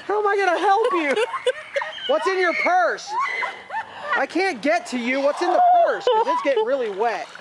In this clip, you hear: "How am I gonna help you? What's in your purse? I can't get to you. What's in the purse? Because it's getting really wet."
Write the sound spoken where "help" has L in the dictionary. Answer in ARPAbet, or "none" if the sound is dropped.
L